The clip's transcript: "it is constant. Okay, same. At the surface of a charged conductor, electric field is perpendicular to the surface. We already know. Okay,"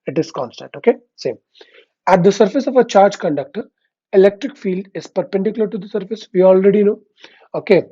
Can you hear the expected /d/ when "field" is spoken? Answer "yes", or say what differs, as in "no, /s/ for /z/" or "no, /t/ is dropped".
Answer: yes